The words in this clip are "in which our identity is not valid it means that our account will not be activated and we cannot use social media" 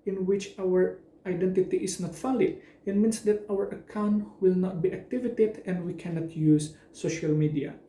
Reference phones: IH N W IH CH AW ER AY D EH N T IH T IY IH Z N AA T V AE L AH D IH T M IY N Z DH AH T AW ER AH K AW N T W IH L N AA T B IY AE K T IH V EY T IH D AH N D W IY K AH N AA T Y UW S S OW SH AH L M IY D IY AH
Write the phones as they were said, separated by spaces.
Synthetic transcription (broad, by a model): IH N W IH CH AW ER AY D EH N T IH T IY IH S N AA T F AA L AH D IH T M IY N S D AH T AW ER AH K AW N T W IH L N AA T B IY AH K T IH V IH T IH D AH N D W IY K AH N AA T Y UW S S OW SH AH L M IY D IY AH